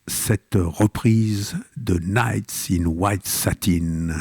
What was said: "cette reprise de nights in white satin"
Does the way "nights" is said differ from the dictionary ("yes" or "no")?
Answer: no